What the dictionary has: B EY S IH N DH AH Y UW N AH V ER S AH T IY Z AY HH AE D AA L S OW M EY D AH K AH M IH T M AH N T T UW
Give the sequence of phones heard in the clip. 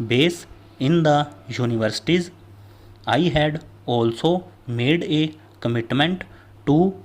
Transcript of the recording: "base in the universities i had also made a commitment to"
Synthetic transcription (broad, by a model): B EY S IH N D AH Y UW N AH V ER S AH T IY Z AY HH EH D AA L S OW M EY D AH K AH M IH T M AH N T T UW